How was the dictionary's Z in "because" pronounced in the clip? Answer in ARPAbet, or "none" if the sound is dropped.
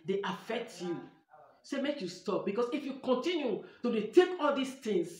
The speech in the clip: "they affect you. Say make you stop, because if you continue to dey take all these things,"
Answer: S